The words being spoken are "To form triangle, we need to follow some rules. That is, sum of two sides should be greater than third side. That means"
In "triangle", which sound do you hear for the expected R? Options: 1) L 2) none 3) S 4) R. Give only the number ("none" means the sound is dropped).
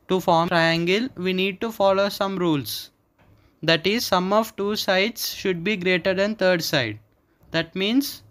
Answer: 4